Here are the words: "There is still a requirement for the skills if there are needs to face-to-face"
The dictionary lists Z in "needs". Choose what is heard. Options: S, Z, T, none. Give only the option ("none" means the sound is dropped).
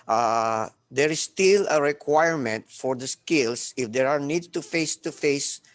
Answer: none